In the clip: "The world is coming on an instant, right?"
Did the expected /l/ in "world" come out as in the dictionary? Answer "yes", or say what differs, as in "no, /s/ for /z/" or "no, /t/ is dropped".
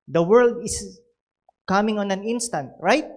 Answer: yes